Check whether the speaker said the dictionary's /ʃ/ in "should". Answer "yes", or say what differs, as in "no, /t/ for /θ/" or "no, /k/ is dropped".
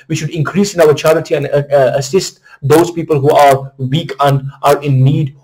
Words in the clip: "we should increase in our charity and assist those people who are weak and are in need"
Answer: yes